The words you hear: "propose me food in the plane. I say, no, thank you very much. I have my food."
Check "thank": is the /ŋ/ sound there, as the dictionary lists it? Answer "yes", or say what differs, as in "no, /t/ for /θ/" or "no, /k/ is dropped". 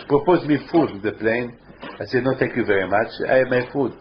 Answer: no, /ŋ/ is dropped